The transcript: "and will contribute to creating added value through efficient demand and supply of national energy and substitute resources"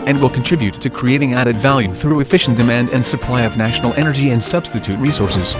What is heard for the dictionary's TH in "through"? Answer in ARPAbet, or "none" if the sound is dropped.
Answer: TH